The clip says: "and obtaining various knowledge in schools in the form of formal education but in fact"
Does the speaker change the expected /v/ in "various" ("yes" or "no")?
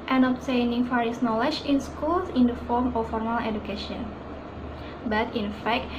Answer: yes